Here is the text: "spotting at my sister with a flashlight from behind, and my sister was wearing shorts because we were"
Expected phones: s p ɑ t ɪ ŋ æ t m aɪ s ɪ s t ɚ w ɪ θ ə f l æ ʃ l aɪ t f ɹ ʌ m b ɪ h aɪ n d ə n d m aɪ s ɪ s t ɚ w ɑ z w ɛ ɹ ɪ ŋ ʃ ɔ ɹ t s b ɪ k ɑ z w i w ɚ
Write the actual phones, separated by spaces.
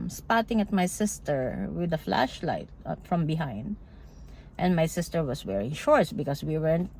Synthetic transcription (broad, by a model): s p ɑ t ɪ ŋ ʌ t m aɪ s ɪ s t ɚ w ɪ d ə f l æ ʃ l aɪ t f ɹ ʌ m b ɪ h aɪ n d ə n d m aɪ s ɪ s t ɚ w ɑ s w ɛ ɹ ɪ ŋ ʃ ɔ ɹ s b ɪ k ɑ s w i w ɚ